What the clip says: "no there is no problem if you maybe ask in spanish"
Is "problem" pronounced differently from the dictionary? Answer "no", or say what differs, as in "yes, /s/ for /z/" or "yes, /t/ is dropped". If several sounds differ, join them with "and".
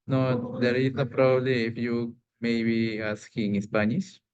yes, /l/ is dropped